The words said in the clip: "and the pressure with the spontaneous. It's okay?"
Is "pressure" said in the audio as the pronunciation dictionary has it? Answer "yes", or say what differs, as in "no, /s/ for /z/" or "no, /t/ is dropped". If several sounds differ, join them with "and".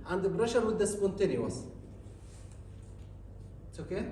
no, /b/ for /p/